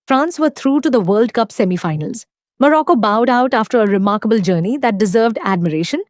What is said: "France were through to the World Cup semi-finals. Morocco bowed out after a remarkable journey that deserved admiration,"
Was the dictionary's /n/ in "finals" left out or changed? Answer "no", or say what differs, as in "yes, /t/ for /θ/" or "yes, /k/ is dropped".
no